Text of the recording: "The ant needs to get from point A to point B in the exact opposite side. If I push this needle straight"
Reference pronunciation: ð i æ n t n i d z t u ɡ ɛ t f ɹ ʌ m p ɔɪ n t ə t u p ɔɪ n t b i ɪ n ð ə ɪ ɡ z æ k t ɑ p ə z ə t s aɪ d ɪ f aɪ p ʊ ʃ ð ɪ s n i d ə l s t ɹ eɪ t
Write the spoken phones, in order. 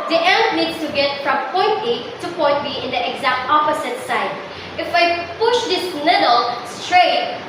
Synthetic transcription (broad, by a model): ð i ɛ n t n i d s t u ɡ ɛ t f ɹ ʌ m p ɔɪ n t ə t u p ɔɪ n t b i ɪ n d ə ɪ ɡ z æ k t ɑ p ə s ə t s aɪ d ɪ f aɪ p ʊ ʃ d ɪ s l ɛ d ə l s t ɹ eɪ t